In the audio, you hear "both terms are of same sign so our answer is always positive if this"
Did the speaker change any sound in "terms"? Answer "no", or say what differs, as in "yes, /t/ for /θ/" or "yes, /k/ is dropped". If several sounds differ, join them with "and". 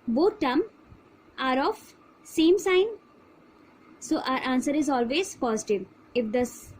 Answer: yes, /z/ is dropped